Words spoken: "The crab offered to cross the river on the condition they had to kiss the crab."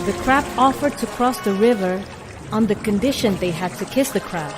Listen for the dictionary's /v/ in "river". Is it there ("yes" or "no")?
yes